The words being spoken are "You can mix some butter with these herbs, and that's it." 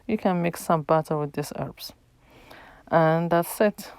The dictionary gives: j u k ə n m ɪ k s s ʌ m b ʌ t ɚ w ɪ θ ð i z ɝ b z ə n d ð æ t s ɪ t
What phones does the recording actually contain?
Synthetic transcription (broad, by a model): j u k ə n m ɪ k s s ʌ m b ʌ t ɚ w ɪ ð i s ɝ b s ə n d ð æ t s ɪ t